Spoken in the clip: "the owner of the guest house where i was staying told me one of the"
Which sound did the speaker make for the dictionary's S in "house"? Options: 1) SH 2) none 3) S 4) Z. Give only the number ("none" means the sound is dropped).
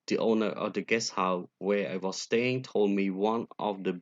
2